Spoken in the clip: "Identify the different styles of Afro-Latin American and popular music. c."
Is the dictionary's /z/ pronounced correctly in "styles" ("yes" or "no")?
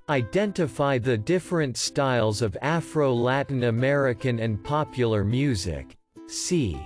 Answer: yes